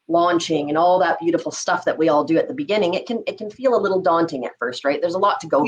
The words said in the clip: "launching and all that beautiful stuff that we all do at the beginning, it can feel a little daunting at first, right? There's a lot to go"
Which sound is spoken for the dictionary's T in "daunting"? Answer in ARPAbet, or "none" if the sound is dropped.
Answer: T